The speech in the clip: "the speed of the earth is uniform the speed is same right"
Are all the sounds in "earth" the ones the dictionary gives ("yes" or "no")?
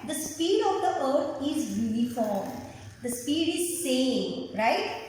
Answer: no